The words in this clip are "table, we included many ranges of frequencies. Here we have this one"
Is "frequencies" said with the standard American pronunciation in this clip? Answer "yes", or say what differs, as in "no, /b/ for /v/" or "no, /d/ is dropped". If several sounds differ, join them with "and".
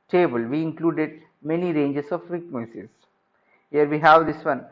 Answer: no, /n/ is dropped